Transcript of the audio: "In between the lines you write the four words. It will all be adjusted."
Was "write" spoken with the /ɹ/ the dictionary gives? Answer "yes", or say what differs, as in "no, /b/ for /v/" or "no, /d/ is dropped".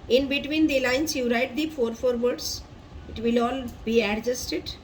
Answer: yes